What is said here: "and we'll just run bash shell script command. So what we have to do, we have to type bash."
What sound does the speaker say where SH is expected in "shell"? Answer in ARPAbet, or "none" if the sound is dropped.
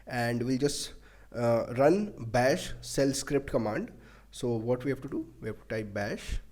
S